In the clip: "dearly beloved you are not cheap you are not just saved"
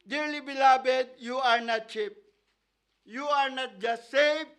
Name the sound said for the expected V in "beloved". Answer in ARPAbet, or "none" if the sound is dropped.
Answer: B